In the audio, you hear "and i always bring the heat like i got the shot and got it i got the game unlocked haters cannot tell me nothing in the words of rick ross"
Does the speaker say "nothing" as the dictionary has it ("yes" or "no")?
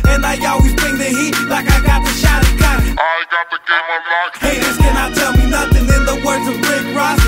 yes